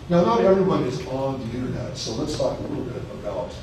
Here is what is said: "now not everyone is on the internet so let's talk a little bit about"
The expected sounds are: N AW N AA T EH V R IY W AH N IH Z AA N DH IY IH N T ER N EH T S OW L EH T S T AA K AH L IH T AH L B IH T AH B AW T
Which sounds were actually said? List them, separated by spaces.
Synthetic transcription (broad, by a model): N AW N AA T EH V R IY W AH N IH Z N DH IY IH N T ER N EH T S OW L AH T S T AA K AH L IH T L B IH T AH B AW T